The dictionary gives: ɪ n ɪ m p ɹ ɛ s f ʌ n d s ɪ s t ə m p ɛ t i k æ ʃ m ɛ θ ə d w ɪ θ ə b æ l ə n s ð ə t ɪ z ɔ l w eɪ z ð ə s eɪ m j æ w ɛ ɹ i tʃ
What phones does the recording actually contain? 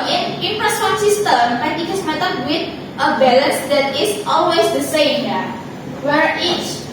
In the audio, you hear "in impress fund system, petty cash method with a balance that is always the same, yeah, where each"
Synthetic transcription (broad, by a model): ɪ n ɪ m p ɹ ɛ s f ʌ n s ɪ s t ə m b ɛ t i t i s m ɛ t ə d w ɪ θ ə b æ l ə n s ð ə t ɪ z ɔ l w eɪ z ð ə s eɪ m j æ w ɛ ɹ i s